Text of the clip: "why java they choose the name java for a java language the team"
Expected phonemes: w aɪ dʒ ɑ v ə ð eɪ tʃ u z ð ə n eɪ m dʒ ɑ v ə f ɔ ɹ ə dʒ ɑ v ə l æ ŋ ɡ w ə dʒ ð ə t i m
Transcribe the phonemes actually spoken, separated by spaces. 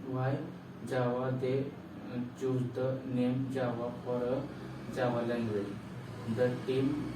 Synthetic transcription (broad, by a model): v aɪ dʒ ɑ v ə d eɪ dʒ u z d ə n eɪ m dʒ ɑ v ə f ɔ ɹ ə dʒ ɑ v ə l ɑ ɡ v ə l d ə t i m